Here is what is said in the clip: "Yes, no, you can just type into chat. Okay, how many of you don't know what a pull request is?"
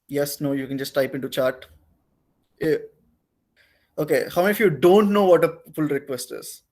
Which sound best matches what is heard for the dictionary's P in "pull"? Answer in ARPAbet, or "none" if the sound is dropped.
F